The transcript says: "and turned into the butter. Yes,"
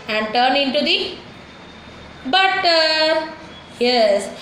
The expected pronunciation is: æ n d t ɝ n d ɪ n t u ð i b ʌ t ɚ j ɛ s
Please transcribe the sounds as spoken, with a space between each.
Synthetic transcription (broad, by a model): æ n d t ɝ n ɪ n t u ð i b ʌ t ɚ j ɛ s